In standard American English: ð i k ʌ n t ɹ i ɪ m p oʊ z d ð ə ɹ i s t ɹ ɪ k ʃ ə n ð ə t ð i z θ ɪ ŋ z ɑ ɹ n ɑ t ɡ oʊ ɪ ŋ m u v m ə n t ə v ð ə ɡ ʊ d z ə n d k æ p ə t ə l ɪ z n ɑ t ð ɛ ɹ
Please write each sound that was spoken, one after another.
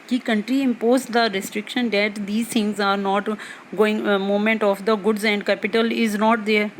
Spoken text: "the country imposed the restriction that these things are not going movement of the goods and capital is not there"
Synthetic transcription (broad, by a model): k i k ʌ n t ɹ i ɪ m p oʊ z d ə ɹ i s t ɹ ɪ k ʃ ə n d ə t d i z t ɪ ŋ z ɑ ɹ n ɑ t ɡ oʊ ɪ ŋ m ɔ m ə n t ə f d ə ɡ ʊ d z ə n d k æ p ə t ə l ɪ z n ɑ t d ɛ ɹ